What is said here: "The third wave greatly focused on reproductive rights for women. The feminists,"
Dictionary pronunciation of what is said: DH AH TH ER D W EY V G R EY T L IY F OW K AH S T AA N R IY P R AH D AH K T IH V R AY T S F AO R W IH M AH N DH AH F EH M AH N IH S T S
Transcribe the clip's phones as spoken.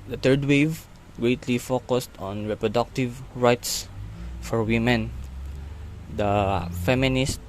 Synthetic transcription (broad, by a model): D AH T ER D W EY V G R EY T L IY F OW K AH S T AA N R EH P R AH D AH K T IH V R AY T S F AO R W IH M AH N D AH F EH M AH N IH S T